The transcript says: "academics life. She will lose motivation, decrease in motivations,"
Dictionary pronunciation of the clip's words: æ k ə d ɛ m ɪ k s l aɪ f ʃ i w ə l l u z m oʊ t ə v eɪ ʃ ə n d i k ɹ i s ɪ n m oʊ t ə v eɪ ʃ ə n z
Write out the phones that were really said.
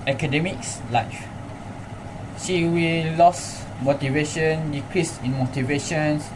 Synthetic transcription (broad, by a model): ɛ k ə d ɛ m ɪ k s l aɪ f ʃ i w ə l l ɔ s m oʊ t ə v eɪ ʃ ə n d i k ɹ i s ɪ n m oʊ t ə v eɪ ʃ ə n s